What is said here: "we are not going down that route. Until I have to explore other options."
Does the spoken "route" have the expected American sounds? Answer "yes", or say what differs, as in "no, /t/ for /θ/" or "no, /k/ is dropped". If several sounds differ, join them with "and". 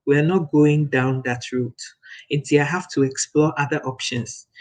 yes